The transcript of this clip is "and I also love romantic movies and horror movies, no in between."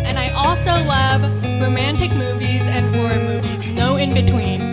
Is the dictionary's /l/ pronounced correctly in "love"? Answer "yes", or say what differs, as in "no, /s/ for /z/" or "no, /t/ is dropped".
yes